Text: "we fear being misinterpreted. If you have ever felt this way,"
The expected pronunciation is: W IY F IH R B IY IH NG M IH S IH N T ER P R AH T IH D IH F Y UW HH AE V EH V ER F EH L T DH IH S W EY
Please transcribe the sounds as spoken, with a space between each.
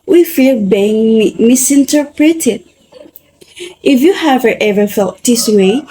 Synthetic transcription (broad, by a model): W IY F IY L B IY IH NG M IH S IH N T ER P R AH T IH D IH F Y UW HH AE V EH V ER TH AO T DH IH S W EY